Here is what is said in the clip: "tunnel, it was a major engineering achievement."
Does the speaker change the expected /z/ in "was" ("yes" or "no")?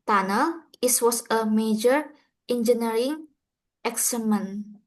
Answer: yes